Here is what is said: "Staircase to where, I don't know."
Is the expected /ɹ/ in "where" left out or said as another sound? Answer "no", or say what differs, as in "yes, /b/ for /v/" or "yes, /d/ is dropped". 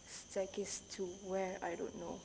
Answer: no